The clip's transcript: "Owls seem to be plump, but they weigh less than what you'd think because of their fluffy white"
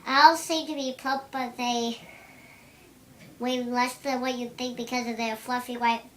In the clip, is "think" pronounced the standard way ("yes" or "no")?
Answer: yes